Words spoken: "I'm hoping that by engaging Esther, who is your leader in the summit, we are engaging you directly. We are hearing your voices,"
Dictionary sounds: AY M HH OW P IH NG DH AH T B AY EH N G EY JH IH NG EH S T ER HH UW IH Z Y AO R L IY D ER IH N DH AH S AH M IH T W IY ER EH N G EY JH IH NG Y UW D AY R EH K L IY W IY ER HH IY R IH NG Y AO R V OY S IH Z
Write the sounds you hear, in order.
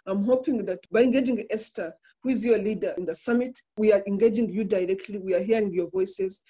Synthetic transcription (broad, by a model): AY M HH OW P IH NG DH AH T B AY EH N G EY JH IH NG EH S T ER HH UW IH Z Y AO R L IY D ER IH N DH AH S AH M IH T W IY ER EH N G EY JH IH NG Y UW D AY R EH K L IY W IY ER HH IY R IH NG Y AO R V OY S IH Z